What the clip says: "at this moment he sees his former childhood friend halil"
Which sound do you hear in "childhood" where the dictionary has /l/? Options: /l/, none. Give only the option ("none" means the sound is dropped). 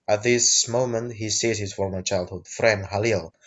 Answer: /l/